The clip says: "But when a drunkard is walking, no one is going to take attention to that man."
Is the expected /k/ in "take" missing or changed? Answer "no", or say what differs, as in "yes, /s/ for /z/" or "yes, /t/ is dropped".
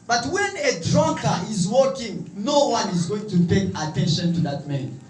yes, /k/ is dropped